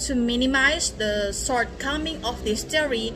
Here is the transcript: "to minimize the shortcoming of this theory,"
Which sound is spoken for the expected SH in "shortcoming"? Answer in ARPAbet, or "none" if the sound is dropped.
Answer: S